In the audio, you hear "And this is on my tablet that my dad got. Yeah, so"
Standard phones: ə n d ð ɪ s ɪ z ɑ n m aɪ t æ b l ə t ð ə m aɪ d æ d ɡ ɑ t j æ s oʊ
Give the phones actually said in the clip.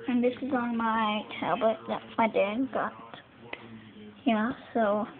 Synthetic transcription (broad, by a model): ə n ð ɪ s ɪ z n m aɪ t æ b l ə t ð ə m aɪ d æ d ɡ ɑ t j æ s oʊ